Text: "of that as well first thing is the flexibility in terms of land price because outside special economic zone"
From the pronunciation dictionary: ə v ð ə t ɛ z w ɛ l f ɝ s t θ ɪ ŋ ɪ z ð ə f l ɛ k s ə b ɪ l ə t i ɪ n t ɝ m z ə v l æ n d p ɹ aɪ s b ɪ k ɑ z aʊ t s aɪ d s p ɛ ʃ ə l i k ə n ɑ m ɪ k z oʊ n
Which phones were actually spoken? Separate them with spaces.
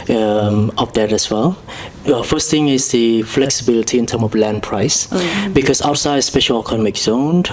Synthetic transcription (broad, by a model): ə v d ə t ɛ s w ɛ l f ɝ s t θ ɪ ŋ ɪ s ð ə f l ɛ k s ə b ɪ l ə t i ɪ n t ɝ m ə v l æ n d p ɹ aɪ s b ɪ k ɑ s aʊ t s aɪ d s p ɛ ʃ ə l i k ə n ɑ m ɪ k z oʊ n